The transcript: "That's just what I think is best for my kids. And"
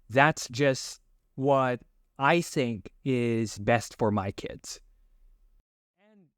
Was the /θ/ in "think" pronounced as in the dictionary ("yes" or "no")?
yes